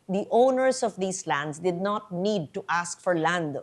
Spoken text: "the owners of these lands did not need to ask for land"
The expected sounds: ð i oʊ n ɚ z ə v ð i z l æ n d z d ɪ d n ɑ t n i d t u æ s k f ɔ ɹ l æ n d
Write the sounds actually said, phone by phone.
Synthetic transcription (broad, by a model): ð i oʊ n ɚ s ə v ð i s l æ n d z d ɪ d n ɑ t n i d t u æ s k f ɔ ɹ l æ n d